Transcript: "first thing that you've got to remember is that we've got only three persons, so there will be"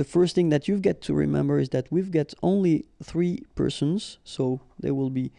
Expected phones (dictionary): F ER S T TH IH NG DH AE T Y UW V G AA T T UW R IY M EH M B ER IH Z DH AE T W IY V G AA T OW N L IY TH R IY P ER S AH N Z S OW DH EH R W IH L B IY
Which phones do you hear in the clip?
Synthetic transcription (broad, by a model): F ER S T TH IH NG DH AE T Y UW V G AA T T UW R IY M EH M B ER IH Z DH AE T W IY V G AA T OW N L IY TH R IY P ER S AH N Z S OW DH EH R W IH L B IY